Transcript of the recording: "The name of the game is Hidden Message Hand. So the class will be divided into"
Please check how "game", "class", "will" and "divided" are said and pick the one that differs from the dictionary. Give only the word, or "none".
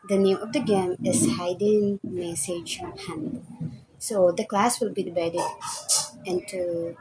divided